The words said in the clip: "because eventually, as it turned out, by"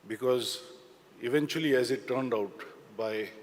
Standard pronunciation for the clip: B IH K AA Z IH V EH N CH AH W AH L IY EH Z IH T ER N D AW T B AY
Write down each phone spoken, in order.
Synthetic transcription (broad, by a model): B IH K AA Z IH V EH N CH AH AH L IY EH Z IH T ER N D AW T B AY